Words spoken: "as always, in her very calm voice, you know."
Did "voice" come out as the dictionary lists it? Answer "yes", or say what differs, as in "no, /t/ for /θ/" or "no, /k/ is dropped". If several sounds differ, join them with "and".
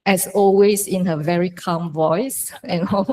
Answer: yes